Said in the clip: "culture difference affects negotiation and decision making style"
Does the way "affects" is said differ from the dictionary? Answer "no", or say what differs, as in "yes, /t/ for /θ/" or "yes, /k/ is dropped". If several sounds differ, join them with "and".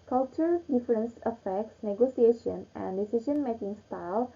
no